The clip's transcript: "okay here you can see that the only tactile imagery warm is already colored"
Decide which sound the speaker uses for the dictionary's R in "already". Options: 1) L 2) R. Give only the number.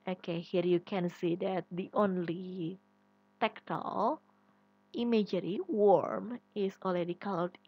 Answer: 1